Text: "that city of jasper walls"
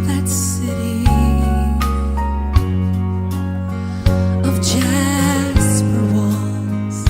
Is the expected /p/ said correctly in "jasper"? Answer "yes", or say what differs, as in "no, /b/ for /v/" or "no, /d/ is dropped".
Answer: no, /f/ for /p/